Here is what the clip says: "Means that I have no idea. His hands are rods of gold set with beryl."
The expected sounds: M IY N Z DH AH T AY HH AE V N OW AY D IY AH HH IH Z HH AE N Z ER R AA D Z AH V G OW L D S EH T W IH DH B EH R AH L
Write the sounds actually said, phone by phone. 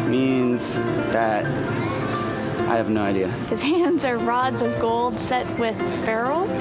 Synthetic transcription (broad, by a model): M IY N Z DH AH T AY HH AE V N OW AY D IY AH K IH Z HH AE N Z ER R AA D Z AH V G OW L D S EH T W IH DH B EH R L